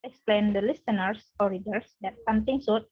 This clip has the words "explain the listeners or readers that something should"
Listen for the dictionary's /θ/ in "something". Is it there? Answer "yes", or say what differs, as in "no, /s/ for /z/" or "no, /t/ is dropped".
no, /t/ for /θ/